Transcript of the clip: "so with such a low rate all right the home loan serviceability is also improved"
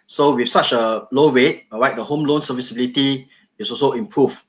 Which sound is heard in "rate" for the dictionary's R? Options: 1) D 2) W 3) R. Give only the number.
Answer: 2